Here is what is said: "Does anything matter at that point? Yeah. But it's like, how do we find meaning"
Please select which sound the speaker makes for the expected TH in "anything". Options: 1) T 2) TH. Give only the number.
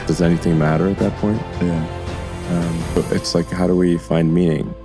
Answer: 2